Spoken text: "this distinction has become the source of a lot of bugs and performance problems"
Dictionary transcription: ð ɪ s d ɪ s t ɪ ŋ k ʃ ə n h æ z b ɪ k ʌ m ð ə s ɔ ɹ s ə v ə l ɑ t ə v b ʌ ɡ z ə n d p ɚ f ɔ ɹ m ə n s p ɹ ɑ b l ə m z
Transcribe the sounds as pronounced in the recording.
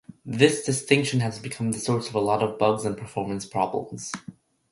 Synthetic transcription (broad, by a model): ð ɪ s d ɪ s t ɪ ŋ k ʃ ə n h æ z b ɪ k ʌ m ð ə s ɔ ɹ s ə v ə l ɑ t ə v b ʌ ɡ z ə n p ɚ f ɔ ɹ m ə n s p ɹ ɑ b l ə m z